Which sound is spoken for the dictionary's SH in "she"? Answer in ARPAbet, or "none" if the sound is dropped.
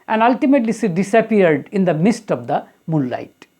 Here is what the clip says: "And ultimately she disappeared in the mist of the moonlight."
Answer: S